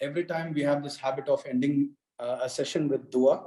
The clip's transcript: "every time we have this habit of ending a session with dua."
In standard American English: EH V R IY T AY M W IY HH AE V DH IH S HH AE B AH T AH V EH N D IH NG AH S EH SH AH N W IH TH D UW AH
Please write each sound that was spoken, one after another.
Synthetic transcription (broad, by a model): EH V R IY T AY M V IY HH AE V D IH S HH AE B AH T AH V EH N D IH NG AH S EH SH AH N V IH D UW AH